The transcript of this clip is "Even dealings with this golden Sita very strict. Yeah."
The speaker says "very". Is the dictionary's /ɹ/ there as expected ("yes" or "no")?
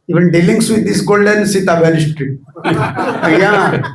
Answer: no